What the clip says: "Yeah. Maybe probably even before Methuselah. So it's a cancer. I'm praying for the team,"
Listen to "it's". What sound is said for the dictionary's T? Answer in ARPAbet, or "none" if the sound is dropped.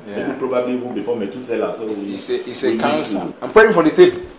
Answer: S